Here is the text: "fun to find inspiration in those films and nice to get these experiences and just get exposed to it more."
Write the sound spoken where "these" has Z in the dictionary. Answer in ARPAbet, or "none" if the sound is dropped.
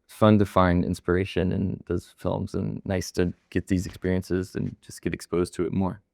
Z